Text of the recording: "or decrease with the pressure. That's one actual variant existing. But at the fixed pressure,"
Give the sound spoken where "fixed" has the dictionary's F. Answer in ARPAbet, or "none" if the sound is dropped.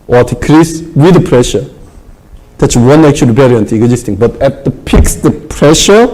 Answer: P